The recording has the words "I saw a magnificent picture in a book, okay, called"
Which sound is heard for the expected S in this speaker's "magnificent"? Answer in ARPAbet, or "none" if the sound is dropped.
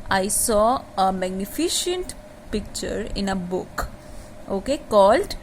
SH